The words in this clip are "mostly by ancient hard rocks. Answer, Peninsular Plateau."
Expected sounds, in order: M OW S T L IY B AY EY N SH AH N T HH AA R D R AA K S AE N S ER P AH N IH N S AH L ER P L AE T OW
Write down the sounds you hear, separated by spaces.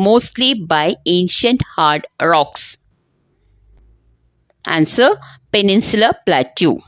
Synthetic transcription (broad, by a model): M OW S T L IY B AY EY N SH AH N T HH AA R D R AA K S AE N S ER P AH N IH N S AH L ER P L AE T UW